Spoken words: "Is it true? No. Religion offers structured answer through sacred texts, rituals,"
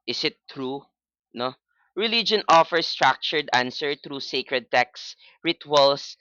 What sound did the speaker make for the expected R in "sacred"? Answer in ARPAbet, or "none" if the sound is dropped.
R